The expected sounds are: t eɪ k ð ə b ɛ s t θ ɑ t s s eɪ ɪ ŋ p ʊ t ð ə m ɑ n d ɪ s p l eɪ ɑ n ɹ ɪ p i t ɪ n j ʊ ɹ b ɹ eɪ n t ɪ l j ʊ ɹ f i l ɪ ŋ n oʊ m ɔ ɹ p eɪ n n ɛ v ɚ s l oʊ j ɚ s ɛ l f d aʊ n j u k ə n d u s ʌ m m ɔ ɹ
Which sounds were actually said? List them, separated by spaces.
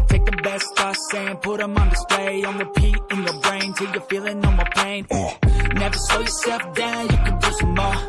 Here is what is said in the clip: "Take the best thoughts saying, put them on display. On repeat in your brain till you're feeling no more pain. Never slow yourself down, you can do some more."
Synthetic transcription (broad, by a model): t eɪ k ð ə b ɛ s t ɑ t s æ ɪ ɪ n p ʊ t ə m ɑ n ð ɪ s p l eɪ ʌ n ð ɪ p i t ɪ n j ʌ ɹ b ɹ eɪ n t ɪ l j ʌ ɹ f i l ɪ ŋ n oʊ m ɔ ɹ p eɪ n n ɛ v ɚ s oʊ j ɚ s ɛ l f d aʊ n j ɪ k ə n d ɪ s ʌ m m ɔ